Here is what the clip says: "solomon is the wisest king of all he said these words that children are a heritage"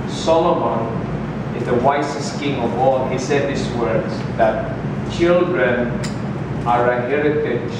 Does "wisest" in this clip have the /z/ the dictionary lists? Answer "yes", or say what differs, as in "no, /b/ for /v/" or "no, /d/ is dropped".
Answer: no, /s/ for /z/